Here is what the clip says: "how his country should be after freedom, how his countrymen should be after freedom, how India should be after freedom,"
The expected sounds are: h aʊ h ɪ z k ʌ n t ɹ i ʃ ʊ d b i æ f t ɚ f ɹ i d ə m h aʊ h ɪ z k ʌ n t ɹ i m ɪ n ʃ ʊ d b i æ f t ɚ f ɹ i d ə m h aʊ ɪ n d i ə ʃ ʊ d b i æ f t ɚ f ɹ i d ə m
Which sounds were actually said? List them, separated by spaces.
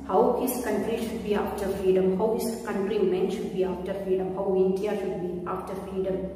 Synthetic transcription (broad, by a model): h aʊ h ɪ s k ʌ n t ɹ i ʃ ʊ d b i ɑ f t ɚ f ɹ i d ə m h aʊ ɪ s k ʌ n t ɹ i m ɪ n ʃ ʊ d b i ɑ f t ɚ f ɹ i d ə m h aʊ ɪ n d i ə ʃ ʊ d b i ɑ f t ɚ f ɹ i d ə m